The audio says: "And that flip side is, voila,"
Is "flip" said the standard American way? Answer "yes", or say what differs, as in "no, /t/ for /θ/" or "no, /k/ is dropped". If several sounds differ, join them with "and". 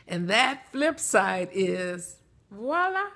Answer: yes